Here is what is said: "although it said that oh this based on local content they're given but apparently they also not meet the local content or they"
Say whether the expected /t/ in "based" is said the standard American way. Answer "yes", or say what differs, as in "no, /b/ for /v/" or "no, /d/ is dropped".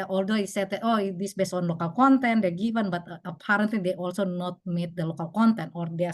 no, /t/ is dropped